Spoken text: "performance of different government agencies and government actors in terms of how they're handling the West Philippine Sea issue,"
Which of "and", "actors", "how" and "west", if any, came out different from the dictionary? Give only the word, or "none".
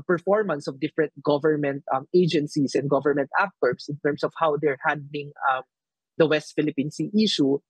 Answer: actors